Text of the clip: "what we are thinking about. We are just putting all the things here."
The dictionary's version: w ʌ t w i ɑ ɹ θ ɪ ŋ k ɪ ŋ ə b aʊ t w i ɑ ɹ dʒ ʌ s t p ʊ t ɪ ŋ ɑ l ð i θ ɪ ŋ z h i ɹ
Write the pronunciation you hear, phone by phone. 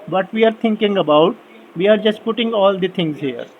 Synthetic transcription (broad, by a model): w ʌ t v i ɑ ɹ t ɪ ŋ k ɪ ŋ ə b aʊ t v i ɑ ɹ dʒ ʌ s t p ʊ t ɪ ŋ ɑ l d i t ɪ ŋ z h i ɹ